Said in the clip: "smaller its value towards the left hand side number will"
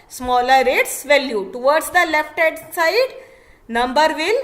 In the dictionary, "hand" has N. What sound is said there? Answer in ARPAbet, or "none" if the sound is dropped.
none